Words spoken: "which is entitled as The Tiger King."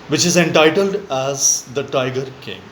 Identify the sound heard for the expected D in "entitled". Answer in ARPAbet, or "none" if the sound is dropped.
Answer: D